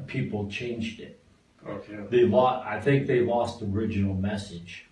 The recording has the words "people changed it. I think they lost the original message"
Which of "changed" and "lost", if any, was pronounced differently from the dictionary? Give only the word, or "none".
none